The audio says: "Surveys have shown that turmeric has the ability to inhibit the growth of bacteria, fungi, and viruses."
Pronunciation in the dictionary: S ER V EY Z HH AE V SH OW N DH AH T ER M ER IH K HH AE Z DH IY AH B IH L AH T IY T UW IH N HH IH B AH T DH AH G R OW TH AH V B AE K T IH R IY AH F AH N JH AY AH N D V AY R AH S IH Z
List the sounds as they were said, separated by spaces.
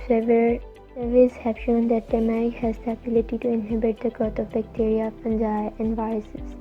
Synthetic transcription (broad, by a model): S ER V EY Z HH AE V SH OW N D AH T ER M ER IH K HH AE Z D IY AH B IH L AH T IY T UW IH N HH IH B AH T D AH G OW T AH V B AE K T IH R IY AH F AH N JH AY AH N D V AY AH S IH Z